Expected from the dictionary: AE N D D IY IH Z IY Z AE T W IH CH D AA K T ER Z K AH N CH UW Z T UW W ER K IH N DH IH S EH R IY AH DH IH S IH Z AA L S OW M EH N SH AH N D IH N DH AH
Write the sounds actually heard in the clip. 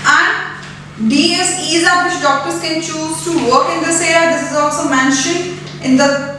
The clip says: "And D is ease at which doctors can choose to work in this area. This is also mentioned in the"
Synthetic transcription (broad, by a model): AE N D D IY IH S IY Z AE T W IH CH D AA K T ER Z K AH N CH UW Z T UW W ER K IH N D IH S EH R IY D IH S IH Z AA L S OW M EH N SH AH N IH N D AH